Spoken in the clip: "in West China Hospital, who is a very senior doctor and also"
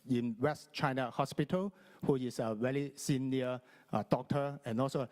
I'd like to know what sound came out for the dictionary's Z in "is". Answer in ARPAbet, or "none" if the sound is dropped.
S